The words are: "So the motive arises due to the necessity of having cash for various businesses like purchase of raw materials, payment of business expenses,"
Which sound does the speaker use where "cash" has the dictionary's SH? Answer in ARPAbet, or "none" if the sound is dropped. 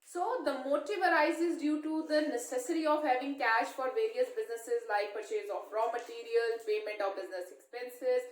SH